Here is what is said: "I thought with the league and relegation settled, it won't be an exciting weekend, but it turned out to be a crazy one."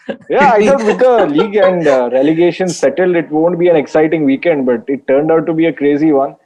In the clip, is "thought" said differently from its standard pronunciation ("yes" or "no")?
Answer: yes